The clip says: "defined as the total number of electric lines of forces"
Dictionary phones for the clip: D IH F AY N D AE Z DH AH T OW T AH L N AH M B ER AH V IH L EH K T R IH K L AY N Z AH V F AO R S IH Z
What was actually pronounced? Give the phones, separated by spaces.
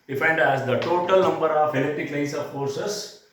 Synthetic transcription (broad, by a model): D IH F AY N D AE Z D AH T OW T AH L N AH M B ER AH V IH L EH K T IH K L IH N S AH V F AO R S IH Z